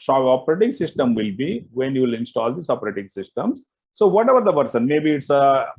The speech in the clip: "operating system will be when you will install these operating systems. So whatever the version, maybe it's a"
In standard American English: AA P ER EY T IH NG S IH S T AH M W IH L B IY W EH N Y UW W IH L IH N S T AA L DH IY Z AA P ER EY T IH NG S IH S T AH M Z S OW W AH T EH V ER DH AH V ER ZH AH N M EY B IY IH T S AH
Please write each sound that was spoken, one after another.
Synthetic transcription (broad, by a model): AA P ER EY T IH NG S IH S T AH M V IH L B IY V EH N Y UW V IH L IH N S T AA L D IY S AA P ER EY T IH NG S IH S T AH M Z S OW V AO T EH V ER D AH P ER S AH N M EY B IY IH T S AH